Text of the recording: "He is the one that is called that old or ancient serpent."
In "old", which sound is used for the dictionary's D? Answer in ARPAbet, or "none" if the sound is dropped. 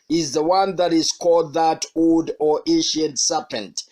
D